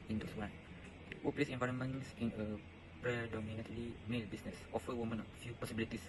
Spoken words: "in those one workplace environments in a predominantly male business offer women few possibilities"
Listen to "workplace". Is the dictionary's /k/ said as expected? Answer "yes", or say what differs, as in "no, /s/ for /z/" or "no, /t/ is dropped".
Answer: no, /k/ is dropped